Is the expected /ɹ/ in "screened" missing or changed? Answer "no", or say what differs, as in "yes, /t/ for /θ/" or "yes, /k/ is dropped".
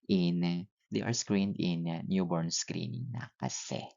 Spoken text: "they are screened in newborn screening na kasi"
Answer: no